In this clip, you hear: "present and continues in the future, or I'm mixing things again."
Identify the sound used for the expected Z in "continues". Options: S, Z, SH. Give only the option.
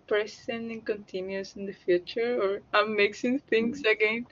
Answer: S